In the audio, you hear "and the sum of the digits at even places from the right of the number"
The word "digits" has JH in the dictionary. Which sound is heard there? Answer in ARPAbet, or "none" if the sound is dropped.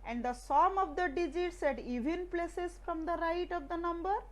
JH